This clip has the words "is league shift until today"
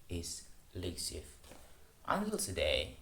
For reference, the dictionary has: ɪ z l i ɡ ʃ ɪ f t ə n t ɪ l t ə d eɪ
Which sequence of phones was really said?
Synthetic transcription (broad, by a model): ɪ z l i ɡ s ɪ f t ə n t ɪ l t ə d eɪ